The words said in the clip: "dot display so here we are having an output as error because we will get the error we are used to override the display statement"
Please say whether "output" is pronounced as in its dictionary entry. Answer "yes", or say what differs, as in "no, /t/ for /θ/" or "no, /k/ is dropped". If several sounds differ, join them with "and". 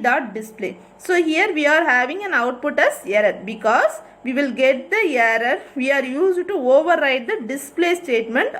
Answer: yes